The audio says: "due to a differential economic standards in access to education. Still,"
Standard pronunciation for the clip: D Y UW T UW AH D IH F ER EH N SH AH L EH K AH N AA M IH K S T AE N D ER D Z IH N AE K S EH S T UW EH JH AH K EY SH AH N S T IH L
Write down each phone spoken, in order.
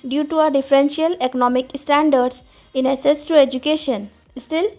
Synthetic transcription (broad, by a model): D Y UW T UW AH D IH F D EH N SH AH L EH K AH N AA M IH K S T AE N D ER D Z IH N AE S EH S T UW EH JH AH K EY SH AH N S T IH L